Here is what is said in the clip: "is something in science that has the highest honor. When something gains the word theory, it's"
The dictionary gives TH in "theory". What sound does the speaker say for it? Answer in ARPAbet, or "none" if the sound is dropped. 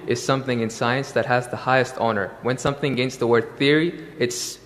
TH